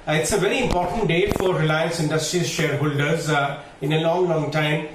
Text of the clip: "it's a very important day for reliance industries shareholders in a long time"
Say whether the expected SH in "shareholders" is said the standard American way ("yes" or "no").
yes